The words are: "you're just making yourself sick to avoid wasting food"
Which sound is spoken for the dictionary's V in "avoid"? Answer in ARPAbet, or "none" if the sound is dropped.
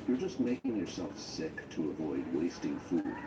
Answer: V